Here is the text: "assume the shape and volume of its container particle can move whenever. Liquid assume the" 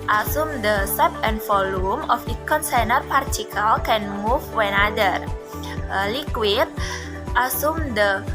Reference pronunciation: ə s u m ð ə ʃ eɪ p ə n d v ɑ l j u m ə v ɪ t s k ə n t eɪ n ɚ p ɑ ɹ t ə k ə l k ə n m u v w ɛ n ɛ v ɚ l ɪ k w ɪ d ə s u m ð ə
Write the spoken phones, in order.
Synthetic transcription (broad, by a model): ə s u m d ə s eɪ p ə n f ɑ l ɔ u m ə f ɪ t k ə n s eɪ n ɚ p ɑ ɹ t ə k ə l k ə n m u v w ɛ n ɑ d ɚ l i k w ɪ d ə s u m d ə